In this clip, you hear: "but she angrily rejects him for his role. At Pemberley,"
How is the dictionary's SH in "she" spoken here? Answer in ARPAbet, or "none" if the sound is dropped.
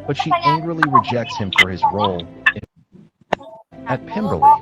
SH